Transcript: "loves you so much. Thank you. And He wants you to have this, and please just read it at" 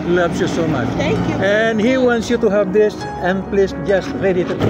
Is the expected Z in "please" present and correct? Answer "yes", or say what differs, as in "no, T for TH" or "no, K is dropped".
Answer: no, S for Z